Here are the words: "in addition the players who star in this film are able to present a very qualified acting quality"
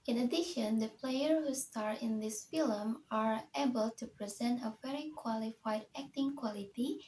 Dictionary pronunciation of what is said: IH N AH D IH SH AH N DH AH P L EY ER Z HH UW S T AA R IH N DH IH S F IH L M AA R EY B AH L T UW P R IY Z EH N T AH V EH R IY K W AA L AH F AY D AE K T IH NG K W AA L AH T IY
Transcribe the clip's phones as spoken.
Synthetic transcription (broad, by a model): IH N AH D IH SH AH N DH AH P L EY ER HH UW S T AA R IH N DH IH S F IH L M AA R EY B AH L T UW P R IY Z EH N T AH V EH R IY K W AA L AH F AY D AE K T IH NG K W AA L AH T IY